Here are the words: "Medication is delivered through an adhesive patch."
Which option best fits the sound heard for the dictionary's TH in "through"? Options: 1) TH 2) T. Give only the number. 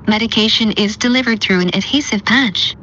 1